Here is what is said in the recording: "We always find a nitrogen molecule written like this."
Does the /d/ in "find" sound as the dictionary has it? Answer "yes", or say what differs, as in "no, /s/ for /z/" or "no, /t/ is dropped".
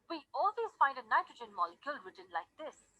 yes